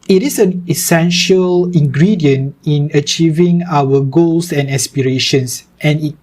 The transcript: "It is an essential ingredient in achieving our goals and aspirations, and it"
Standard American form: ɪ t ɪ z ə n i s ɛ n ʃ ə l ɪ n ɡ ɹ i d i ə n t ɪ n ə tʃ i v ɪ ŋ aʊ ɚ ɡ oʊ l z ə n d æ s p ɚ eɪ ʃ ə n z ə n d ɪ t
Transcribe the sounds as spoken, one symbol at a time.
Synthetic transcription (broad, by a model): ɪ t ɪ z ə n i s ɛ n ʃ ə l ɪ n ɡ ɹ i d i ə n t ɪ n ə tʃ i v ɪ ŋ aʊ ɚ ɡ oʊ l s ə n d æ s p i eɪ ʃ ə n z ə n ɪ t